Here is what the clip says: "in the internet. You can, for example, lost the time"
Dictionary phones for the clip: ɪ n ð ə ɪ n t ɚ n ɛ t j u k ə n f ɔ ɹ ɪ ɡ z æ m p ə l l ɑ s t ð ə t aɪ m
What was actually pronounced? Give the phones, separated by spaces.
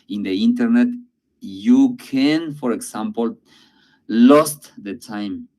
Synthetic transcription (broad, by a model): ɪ n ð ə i n t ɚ n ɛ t j u k ə n f ɔ ɹ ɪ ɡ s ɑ m p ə l l ɑ s t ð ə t aɪ m